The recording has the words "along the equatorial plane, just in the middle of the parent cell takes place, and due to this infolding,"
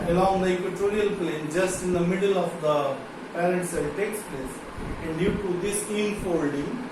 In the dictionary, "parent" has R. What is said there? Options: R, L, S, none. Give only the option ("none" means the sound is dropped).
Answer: L